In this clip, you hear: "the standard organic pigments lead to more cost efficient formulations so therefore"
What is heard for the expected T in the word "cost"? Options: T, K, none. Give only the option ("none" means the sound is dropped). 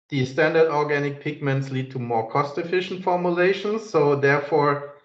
T